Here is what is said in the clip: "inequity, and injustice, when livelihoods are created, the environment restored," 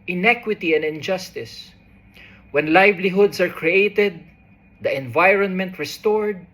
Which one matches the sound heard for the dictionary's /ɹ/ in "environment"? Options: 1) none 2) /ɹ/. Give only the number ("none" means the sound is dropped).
2